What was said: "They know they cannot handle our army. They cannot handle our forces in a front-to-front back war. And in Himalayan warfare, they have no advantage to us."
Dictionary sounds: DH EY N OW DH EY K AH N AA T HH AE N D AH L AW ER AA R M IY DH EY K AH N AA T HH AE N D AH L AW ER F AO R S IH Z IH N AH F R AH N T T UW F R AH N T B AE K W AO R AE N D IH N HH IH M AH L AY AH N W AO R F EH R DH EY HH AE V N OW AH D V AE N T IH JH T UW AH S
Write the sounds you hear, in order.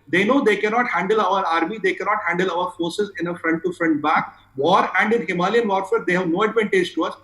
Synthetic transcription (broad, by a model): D EY N OW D EY K AH N AA T HH AE N D AH L AW ER AA R M IY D EY K AH N AA T HH AE N D AH L AW ER F AO R S IH Z IH N AH F R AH N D T UW F R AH N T B AE K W AO R AE N D IH N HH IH M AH L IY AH N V AO R F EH R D EY HH AE V N OW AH D V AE N T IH JH T UW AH S